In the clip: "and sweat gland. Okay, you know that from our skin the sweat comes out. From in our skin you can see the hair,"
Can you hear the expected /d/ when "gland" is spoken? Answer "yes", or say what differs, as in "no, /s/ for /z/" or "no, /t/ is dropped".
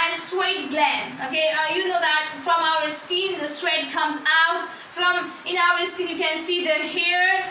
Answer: no, /d/ is dropped